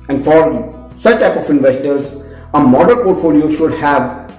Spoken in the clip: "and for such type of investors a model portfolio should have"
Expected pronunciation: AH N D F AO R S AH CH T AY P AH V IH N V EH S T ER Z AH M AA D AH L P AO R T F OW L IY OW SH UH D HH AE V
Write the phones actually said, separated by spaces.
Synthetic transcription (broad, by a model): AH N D F AO R S AH CH T AY P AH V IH N V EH S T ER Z AH M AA D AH N P AO R T F OW L IY OW SH UH D HH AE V